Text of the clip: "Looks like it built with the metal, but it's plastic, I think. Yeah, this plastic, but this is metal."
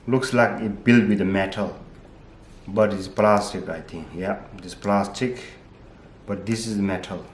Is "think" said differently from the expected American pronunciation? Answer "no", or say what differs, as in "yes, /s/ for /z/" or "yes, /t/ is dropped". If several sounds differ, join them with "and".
yes, /t/ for /θ/